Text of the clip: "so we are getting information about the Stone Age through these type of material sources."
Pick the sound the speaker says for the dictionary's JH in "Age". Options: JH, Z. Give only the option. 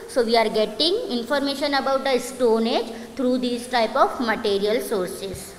JH